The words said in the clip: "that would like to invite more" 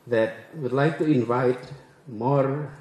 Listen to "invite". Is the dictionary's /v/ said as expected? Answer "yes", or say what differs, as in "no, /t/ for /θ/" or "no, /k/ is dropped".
yes